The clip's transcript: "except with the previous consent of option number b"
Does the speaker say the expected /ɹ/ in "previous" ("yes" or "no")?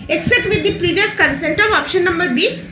yes